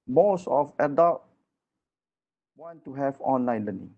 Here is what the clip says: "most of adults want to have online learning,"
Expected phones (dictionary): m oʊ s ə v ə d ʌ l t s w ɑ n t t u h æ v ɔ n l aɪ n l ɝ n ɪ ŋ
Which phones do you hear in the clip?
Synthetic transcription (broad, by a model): m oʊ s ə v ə d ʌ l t w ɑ n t t u h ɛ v ɔ n l aɪ n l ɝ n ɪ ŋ